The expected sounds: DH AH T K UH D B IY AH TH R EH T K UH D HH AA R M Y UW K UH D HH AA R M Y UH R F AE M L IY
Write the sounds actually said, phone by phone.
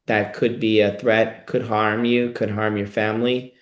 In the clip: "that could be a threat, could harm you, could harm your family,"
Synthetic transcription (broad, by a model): DH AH T K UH D B IY AH TH R EH T K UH D HH AA R M Y UW K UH D HH AA R M Y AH R F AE M L IY